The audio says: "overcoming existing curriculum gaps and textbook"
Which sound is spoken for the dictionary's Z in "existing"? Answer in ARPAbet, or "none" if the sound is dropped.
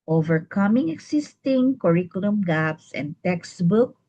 S